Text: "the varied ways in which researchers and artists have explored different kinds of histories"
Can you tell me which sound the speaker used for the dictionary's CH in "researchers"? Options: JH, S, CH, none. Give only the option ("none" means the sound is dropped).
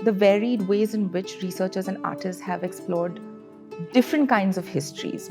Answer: CH